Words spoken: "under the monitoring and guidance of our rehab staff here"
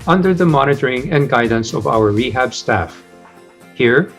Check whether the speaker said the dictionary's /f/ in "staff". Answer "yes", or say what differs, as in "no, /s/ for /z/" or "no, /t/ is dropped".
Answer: yes